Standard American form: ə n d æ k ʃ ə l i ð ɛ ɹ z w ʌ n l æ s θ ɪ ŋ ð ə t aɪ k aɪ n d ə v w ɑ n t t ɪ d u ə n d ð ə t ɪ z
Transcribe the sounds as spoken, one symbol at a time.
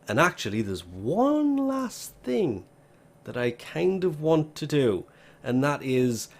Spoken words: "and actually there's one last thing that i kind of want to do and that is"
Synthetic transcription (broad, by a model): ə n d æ k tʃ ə l i ð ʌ ɹ z w ʌ n l æ s θ ɪ ŋ ð ə t aɪ k aɪ n d ə v w ɑ n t t ɪ d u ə n ð ə t ɪ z